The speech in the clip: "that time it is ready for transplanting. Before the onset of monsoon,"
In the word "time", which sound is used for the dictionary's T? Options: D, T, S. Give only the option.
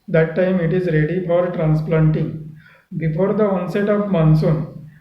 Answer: T